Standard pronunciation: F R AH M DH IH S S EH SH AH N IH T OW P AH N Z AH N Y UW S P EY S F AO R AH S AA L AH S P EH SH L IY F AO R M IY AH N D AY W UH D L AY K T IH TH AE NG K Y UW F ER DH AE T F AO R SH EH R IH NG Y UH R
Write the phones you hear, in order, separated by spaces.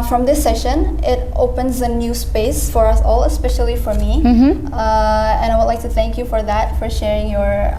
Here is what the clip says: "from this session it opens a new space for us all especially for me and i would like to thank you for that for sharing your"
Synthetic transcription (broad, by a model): F R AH M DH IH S S EH SH AH N IH T OW P AH N Z AH N Y UW S P EY S F AO R AH S AA L AH S P EH SH L IY F AO R M IY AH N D AY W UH D L AY K T IH TH AE NG K Y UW F ER DH AE T F AO R SH EH R IH NG Y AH R